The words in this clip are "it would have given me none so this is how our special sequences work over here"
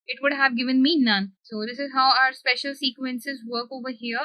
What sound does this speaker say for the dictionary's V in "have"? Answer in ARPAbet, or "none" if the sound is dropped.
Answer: V